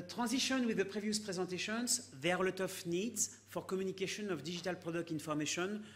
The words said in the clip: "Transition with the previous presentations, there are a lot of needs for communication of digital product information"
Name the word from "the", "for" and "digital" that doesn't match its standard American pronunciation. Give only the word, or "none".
digital